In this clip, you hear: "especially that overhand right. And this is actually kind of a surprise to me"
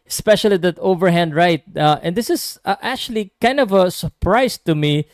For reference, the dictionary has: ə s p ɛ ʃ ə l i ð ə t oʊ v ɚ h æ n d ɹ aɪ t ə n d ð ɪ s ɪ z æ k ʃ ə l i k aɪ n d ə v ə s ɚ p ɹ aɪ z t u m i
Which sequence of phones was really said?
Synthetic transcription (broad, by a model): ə s p ɛ ʃ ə l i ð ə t oʊ v ɚ h æ n d ɹ aɪ t ə n d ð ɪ s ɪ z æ k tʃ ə l i k aɪ n d ə v ə s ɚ p ɹ aɪ s t u m i